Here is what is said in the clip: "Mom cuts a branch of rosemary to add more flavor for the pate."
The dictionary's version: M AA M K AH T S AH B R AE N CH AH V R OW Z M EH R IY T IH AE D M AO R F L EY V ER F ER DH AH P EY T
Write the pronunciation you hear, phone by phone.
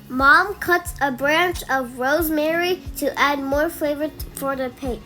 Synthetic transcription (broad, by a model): M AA M K AH T S AH B R AE N CH AH V R OW Z M EH R IY T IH AE D M AO R F EY V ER F ER DH AH P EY